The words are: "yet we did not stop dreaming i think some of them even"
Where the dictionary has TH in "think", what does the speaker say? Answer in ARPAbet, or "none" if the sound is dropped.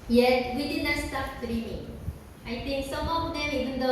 T